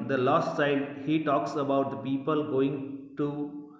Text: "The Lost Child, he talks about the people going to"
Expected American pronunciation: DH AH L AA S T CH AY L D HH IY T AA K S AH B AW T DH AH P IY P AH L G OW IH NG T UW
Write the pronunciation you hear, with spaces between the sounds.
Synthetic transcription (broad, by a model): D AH L AA S T S AY D HH IY T AA K S AH B AW T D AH P IY P AH L G OW IH NG T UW